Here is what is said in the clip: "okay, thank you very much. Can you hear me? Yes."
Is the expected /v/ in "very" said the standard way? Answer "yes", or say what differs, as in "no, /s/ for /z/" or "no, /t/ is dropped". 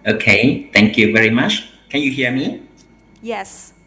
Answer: yes